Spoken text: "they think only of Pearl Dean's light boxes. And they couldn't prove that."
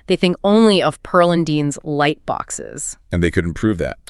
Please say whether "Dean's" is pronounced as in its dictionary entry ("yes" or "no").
yes